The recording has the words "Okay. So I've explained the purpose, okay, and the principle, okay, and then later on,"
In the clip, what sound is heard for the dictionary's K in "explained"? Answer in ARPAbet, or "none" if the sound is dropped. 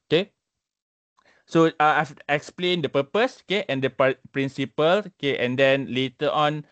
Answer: K